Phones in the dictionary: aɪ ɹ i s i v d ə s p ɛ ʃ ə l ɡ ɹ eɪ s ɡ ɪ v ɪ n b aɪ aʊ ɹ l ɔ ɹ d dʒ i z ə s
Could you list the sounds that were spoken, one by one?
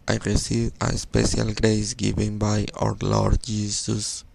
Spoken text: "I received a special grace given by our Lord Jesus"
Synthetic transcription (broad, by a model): aɪ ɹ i s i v ə s p ɛ ʃ ə l ɡ ɹ eɪ s ɡ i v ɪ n b aɪ aʊ ɹ l ɔ ɹ d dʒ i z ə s